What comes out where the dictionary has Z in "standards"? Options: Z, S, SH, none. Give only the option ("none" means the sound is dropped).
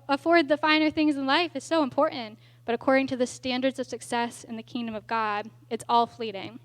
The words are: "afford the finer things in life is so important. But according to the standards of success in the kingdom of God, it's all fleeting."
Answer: Z